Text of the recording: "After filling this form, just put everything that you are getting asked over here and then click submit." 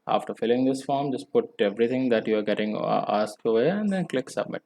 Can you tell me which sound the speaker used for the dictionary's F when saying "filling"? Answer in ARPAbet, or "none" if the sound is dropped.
F